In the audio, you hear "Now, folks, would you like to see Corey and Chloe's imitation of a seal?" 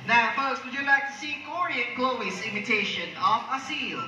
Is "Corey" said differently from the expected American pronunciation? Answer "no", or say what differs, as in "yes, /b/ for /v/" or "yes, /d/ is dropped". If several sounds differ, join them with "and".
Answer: no